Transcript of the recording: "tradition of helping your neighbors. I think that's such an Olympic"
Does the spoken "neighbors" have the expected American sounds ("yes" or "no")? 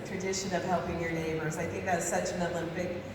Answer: yes